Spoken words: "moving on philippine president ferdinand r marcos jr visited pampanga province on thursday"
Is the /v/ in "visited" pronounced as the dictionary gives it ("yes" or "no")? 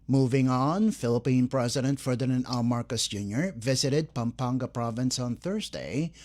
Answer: yes